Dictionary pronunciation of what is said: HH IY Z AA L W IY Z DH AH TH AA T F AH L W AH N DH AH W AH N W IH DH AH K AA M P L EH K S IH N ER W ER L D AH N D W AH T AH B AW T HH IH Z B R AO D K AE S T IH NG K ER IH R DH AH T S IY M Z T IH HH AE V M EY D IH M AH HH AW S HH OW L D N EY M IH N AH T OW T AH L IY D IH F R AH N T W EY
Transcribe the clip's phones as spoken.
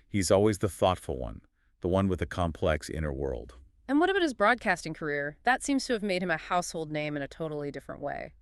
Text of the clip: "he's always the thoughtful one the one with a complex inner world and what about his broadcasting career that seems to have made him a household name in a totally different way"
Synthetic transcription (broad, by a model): HH IY Z AA L W IY Z DH AH TH AA T F L W AH N DH AH W AH N W IH DH AH K AA M P L EH K S IH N ER W ER L D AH N W AH T AH B AW T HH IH Z B R AO D K AE S T IH NG K ER IH R DH AH T S IY M Z T IH V M EY D IH M AH HH AW S HH OW L D N EY M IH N AH T OW T L IY D IH F R AH N T W EY